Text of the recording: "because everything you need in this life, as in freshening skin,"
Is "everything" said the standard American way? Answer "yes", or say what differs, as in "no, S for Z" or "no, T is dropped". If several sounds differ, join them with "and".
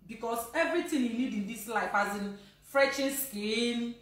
no, T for TH